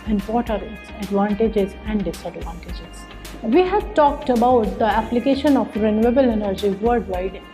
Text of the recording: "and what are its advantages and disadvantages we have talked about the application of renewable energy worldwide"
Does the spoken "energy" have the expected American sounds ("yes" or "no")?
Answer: yes